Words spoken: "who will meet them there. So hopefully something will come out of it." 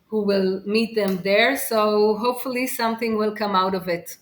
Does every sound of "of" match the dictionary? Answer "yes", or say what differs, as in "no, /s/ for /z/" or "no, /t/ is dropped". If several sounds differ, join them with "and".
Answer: yes